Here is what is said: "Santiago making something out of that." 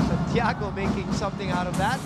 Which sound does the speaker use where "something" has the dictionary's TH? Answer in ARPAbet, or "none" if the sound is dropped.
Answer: TH